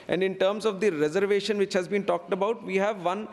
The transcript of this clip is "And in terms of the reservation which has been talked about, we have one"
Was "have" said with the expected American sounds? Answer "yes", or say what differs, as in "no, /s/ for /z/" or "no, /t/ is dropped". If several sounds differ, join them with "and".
yes